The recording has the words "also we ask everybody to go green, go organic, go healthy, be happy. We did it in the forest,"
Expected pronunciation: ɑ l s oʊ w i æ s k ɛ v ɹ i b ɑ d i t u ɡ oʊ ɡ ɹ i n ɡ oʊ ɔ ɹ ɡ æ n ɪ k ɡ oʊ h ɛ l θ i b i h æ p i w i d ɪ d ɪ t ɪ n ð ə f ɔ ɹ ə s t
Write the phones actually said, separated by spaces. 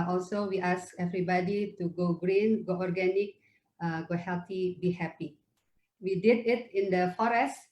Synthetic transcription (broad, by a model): ɑ l s oʊ w i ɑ s k ɛ v ɹ i b ɑ d i t u ɡ oʊ ɡ ɹ i n ɡ oʊ ɔ ɹ ɡ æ n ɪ k ɡ oʊ h ɛ l t i b i h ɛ p i w i d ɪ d ɪ t ɪ n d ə f ɔ ɹ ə s t